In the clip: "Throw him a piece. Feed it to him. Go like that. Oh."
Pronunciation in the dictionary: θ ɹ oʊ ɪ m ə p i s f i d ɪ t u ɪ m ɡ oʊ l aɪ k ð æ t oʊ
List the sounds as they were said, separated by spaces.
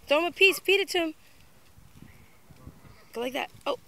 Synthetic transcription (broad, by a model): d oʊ ɪ m ə p i s p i d ɪ t u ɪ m ɡ oʊ l aɪ k ð æ t oʊ